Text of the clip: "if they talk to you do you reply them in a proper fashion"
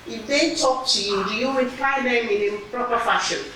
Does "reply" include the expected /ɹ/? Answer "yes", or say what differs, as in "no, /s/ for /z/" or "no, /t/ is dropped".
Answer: no, /w/ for /ɹ/